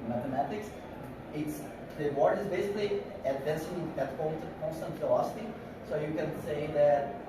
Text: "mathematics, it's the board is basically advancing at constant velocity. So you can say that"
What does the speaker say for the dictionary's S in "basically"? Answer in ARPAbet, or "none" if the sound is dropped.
S